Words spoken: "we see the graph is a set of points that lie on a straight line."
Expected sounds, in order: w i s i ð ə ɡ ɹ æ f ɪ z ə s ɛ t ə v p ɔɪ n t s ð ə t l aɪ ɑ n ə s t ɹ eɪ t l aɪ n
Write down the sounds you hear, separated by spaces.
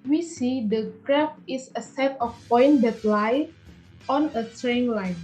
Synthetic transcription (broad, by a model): w i s i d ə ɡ ɹ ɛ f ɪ s ə s ɛ t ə f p ɔɪ n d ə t l aɪ ɑ n ə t ɹ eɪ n l aɪ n